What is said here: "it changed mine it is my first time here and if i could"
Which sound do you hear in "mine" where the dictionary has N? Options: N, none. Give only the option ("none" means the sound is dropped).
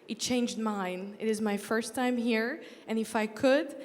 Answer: N